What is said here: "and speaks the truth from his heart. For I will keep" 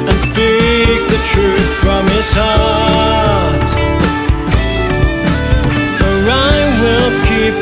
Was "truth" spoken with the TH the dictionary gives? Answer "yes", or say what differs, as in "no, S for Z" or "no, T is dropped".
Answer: yes